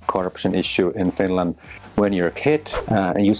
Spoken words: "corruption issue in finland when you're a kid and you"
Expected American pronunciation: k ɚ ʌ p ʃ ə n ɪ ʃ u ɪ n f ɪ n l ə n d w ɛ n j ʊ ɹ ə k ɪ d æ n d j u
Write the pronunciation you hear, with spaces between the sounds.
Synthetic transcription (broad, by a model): k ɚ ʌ p ʃ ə n ɪ ʃ u ɪ n f ɪ n l ə n d w ɛ n j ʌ ɹ ə k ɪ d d j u